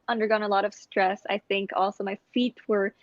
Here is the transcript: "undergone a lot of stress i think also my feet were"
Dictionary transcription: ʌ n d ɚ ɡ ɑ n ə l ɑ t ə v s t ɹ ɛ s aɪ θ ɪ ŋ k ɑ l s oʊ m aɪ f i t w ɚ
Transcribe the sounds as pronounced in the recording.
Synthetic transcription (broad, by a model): ʌ n d ɚ ɡ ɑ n ə l ɑ t ə v s t ɹ ɛ s aɪ θ ɪ ŋ k ɑ l s oʊ m aɪ f i t w ɚ